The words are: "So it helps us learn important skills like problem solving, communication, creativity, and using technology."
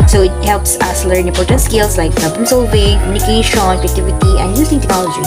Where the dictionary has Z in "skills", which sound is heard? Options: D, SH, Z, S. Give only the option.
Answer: S